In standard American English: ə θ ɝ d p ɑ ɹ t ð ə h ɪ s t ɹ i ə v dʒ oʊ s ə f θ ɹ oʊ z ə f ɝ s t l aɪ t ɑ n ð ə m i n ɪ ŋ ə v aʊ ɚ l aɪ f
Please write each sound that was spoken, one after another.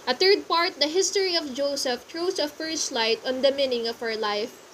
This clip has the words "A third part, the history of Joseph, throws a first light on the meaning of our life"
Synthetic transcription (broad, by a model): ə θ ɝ d p ɑ ɹ t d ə h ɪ s t ɹ i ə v dʒ oʊ s ə f t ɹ oʊ s ə f ɝ s t l aɪ t ɑ n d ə m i n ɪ ŋ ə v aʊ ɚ l aɪ f